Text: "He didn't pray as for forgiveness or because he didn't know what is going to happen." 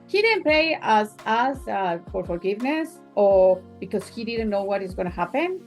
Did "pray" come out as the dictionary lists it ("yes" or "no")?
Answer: no